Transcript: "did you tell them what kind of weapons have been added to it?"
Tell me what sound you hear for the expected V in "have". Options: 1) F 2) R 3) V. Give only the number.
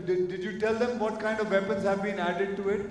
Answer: 3